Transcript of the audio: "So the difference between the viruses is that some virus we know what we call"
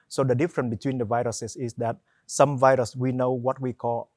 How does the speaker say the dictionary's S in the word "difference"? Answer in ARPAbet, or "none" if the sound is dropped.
none